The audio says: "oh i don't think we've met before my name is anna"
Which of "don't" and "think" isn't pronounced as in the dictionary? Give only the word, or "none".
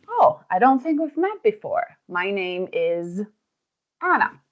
none